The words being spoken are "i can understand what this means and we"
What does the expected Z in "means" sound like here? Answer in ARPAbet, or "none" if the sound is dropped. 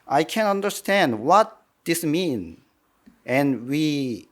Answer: none